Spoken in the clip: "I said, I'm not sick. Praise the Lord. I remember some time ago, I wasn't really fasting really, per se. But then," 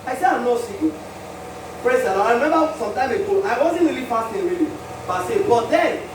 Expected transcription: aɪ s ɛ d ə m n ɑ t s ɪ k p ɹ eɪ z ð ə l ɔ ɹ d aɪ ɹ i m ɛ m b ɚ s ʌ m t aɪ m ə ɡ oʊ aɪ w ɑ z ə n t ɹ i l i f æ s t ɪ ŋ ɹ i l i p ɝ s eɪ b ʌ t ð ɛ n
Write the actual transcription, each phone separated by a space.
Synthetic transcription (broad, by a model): aɪ s ɛ d ə m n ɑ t s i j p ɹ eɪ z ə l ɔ aɪ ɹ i m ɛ m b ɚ s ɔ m t aɪ m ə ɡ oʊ aɪ w ɑ z ə n t ɹ i l i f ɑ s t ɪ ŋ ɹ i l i b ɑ s eɪ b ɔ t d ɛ n